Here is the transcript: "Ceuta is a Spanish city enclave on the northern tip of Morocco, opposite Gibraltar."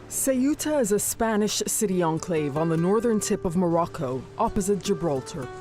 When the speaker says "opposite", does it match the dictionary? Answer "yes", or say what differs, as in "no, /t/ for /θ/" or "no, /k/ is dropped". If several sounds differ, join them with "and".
yes